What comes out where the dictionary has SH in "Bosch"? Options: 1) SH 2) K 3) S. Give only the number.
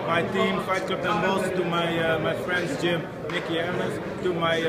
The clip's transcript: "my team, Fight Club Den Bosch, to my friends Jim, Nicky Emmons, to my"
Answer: 3